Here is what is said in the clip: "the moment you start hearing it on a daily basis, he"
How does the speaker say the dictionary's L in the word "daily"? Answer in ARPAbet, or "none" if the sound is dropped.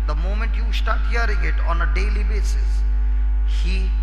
L